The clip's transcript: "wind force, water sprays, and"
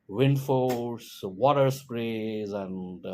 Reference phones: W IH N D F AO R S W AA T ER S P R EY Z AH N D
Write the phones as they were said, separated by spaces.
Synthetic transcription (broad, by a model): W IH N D F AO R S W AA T ER S P R EY Z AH N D